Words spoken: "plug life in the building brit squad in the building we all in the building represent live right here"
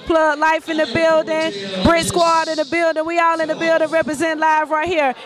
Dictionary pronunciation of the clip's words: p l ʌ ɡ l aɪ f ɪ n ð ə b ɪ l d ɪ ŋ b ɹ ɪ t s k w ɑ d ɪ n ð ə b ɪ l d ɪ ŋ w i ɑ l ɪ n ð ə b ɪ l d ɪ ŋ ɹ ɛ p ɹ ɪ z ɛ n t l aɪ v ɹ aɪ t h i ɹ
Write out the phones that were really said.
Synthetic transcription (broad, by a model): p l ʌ l aɪ f ɪ n ð ə b ɪ l d ɪ ŋ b ɹ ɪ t s k w ɑ d ɪ n ð ə b ɪ l d ɪ ŋ w i ɑ l ɪ n ð ə b ɪ l d ɪ ŋ ɹ ɛ p ɹ ɪ z ɛ n t l aɪ v ɹ aɪ t h i ɹ